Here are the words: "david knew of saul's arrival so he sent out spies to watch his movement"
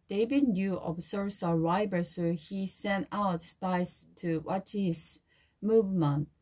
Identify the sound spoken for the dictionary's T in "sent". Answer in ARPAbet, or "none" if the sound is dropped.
T